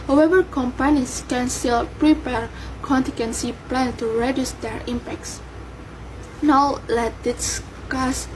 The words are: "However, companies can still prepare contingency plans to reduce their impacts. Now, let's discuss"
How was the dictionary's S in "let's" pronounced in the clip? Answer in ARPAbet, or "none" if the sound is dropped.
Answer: none